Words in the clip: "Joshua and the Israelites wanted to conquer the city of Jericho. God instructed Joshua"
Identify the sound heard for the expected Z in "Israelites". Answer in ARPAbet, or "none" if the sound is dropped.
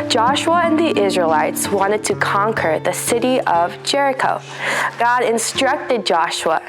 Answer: Z